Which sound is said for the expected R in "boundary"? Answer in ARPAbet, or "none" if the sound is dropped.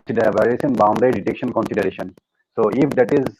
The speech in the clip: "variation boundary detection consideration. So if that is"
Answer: none